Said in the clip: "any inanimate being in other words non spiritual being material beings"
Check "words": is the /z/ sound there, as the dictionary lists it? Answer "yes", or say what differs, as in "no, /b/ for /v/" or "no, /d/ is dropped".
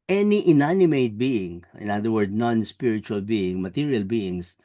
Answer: no, /z/ is dropped